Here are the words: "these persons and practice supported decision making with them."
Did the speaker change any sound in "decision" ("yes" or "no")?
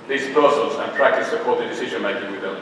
no